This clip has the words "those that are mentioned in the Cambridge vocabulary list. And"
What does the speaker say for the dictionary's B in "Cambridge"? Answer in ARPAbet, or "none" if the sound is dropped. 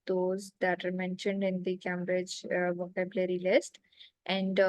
none